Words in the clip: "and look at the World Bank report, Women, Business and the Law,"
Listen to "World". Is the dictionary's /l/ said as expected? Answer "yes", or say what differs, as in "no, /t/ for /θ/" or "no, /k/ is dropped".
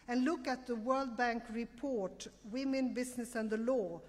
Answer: yes